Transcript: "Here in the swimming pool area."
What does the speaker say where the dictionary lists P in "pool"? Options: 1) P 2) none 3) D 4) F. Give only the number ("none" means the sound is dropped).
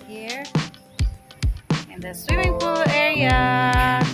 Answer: 4